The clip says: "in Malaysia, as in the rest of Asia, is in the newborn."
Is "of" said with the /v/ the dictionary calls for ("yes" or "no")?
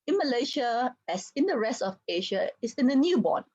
no